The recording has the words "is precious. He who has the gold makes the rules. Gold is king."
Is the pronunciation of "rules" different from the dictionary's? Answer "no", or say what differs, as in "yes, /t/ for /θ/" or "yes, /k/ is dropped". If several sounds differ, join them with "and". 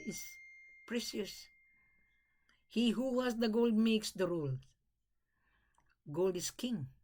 yes, /z/ is dropped